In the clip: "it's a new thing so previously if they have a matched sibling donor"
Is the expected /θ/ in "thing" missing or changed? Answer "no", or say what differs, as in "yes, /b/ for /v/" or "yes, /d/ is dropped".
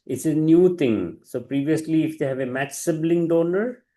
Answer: yes, /t/ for /θ/